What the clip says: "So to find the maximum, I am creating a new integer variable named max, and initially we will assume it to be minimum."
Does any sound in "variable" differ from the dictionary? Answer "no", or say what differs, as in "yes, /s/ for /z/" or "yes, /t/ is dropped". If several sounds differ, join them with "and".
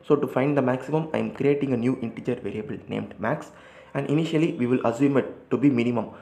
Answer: no